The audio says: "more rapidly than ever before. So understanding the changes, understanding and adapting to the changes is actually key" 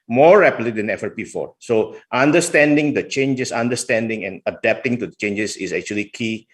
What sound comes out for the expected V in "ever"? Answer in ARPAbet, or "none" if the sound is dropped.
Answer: F